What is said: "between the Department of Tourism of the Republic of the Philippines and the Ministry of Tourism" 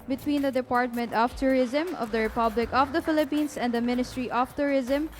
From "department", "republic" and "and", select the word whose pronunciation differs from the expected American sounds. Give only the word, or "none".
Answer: none